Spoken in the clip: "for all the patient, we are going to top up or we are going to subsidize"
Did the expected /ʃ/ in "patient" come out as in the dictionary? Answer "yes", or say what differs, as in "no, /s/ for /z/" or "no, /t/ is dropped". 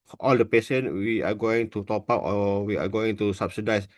no, /s/ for /ʃ/